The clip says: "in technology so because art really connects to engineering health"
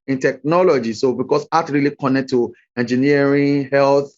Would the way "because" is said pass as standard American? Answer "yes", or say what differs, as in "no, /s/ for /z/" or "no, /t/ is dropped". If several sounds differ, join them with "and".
no, /s/ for /z/